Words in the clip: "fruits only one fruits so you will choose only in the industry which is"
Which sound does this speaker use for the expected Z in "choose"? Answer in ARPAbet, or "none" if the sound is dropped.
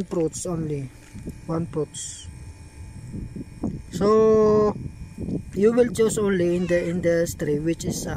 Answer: S